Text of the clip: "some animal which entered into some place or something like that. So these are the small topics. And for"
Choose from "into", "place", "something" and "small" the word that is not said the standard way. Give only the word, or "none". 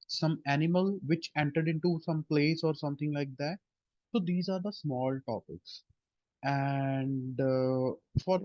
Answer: something